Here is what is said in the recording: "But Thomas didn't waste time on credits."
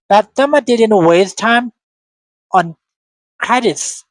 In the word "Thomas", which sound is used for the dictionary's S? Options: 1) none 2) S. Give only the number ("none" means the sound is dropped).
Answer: 1